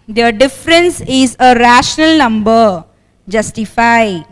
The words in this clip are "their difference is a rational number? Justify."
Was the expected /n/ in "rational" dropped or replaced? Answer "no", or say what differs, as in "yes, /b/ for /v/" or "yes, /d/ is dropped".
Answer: no